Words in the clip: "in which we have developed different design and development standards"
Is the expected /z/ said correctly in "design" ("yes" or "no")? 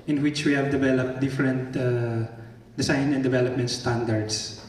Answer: no